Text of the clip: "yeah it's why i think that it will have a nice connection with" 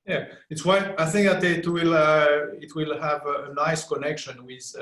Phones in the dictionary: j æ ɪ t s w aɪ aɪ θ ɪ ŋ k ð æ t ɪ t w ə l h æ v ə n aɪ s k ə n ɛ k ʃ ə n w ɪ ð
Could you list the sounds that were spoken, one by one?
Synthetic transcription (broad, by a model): j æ ɪ t s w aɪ aɪ θ ɪ ŋ k ð æ t ɪ t w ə l h æ v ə n aɪ s k ə n ɛ k ʃ ə n w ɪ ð